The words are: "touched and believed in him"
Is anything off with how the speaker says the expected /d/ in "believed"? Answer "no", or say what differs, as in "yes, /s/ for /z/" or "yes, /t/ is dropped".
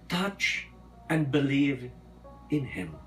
yes, /d/ is dropped